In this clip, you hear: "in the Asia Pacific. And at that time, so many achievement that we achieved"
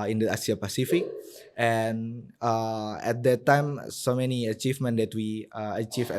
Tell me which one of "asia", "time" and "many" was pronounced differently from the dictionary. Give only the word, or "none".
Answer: asia